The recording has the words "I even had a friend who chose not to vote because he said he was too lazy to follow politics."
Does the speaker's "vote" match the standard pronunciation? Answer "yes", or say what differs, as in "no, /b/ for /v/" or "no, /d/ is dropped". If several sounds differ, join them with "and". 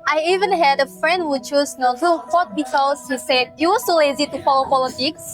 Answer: no, /f/ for /v/